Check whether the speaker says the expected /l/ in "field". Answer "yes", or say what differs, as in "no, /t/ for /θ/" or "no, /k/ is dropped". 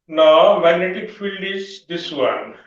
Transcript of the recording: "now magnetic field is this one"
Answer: yes